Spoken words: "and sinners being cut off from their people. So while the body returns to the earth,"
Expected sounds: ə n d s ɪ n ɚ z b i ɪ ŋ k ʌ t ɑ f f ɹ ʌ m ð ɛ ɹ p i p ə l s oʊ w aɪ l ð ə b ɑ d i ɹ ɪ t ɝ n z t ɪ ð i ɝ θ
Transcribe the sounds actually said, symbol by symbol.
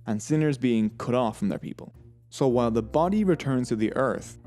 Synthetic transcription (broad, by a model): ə n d s ɪ n ɚ z b i ɪ ŋ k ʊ t ɑ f f ɹ ʌ m ð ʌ ɹ p i p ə l s oʊ w aɪ l ð ə b ɑ d i ɹ ɪ t ɝ n z t ɪ ð i ɝ θ